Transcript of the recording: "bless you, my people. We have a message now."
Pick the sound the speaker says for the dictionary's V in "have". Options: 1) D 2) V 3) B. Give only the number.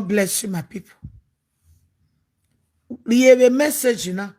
3